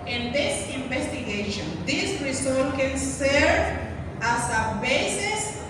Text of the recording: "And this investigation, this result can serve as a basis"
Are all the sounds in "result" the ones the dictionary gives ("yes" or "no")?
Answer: no